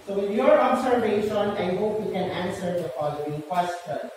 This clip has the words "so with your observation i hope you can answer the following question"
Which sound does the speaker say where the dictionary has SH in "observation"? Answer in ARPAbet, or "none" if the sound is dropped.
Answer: S